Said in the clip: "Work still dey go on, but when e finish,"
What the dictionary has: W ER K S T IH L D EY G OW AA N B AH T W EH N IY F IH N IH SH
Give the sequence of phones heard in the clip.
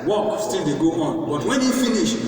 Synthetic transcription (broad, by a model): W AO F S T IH N D EY G OW AA N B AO T W EH N IY F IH N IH SH